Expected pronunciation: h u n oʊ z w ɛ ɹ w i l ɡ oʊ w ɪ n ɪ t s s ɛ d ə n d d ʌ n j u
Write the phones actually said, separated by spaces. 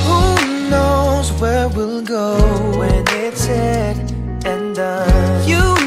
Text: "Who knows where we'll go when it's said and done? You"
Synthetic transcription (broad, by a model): h u n oʊ z w ɛ ɹ w i l ɡ oʊ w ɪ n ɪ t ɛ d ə n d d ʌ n j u